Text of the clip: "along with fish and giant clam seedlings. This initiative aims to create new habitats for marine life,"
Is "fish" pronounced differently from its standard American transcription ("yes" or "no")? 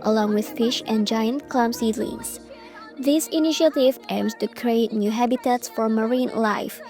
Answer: no